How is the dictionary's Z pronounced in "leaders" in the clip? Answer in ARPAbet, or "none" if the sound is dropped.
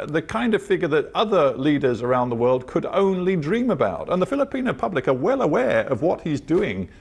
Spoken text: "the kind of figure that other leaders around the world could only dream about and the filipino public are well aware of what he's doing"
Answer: Z